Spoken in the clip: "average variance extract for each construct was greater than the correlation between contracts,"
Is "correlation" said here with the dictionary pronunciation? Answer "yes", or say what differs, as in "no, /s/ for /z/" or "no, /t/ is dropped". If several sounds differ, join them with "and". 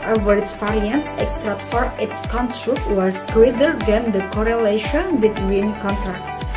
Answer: yes